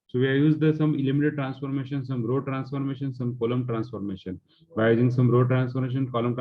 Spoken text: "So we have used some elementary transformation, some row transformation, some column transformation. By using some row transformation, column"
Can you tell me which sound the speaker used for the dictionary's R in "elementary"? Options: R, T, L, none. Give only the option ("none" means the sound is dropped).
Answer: none